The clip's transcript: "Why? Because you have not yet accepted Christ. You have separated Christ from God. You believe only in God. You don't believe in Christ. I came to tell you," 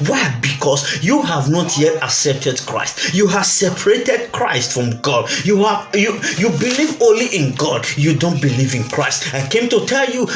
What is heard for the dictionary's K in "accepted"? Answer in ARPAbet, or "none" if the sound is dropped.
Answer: none